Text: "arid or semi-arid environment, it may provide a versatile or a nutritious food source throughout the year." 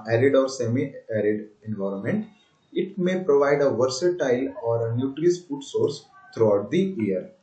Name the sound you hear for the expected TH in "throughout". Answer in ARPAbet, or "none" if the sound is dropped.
T